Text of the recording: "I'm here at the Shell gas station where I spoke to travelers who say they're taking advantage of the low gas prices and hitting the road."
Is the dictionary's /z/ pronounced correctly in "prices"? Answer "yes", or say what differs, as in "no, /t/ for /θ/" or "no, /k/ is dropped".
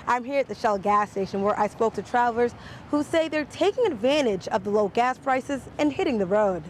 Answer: yes